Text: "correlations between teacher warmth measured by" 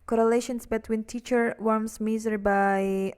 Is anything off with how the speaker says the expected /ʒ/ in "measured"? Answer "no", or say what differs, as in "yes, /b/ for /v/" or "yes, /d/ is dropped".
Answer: yes, /z/ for /ʒ/